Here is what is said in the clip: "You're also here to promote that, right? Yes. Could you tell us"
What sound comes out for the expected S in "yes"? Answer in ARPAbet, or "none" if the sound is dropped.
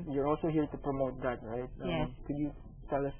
none